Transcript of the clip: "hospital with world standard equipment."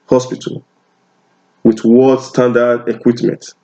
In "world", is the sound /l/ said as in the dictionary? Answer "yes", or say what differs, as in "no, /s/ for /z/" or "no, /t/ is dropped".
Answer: no, /l/ is dropped